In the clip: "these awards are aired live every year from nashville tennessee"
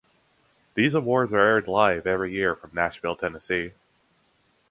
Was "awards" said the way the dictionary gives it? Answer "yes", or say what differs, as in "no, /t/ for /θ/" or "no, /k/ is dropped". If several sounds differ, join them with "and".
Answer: yes